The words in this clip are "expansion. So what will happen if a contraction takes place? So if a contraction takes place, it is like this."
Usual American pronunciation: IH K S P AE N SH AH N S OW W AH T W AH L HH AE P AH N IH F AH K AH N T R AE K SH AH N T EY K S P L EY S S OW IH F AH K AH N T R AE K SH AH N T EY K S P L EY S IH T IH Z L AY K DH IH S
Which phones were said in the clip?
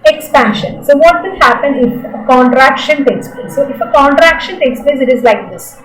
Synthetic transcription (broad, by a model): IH K S P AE N SH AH N S OW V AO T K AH N HH AE P AH N IH F AH K AH N T R AE K SH AH N T EY K S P L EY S S OW IH F AH K AH N T R AE K SH AH N T EY K S P L EY S IH T IH Z L AY K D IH S